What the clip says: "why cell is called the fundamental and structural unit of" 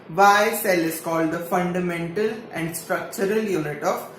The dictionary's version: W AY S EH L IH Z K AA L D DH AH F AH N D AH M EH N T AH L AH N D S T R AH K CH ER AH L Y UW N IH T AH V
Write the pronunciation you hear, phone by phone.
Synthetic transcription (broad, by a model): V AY S EH L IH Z K AA L D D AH F AH N D AH M EH N T AH L AH N D S T R AH K CH ER AH L Y UW N IH T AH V